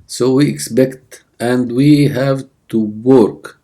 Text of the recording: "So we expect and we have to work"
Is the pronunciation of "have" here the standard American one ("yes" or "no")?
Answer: yes